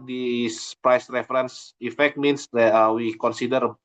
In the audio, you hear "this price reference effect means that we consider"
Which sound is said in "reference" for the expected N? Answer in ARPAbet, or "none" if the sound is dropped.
N